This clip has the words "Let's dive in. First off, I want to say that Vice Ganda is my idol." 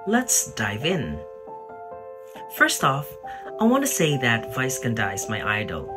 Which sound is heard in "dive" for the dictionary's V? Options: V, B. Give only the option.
V